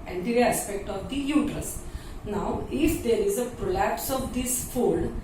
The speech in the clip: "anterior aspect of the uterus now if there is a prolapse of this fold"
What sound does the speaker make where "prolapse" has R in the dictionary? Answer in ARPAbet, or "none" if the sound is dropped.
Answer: R